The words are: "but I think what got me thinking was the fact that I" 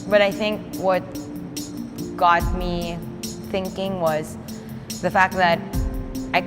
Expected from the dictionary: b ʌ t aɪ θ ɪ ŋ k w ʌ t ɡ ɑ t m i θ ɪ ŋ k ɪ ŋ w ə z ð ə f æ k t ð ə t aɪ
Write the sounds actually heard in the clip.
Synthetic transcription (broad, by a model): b ʌ t aɪ θ ɪ ŋ k w ʌ t ɡ ɑ t m i θ ɪ ŋ k ɪ ŋ w ə z ð ə f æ k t ð ə t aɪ